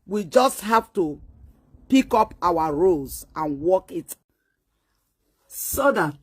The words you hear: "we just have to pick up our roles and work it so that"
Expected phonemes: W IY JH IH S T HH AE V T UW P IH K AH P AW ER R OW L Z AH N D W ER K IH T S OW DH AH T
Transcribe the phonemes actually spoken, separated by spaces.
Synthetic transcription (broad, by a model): W IY JH IH S T HH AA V T UW P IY K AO P AW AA R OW Z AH N W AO K IH T S OW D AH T